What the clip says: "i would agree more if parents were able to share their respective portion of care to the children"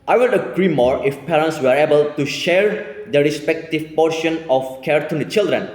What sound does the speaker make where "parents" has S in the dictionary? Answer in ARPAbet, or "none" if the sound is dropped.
S